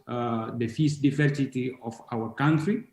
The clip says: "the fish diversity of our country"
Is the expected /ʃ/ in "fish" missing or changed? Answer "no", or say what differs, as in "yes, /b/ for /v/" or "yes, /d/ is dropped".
yes, /s/ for /ʃ/